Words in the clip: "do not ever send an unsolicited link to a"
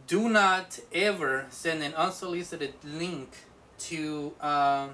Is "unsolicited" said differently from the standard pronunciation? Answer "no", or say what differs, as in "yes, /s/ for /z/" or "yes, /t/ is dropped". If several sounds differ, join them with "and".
no